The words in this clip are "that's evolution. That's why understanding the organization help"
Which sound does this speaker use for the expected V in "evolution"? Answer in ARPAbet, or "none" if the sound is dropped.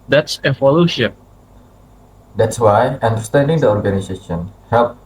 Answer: F